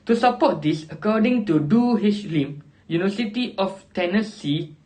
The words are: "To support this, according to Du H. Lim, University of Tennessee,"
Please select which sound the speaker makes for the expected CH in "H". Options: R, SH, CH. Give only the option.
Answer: SH